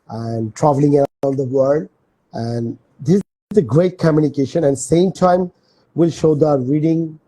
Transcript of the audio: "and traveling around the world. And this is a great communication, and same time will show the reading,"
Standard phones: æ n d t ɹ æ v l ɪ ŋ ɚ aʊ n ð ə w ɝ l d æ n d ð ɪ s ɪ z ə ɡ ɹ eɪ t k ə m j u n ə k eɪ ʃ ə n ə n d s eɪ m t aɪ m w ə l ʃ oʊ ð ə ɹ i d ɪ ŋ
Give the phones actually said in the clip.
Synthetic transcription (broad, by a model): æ n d t ɹ æ v l ɪ ŋ ɚ aʊ n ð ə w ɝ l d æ n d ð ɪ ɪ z ə ɡ ɹ eɪ t k ə m j u n ə k eɪ ʃ ə n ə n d s eɪ m t aɪ m w ə l ʃ oʊ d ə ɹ i d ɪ ŋ